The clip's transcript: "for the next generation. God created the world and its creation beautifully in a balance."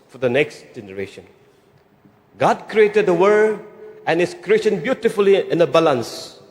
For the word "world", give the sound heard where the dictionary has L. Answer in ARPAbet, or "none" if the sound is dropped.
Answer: none